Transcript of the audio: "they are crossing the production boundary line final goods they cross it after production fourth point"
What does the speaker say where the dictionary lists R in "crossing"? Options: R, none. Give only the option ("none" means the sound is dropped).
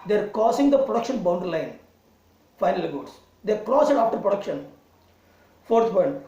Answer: none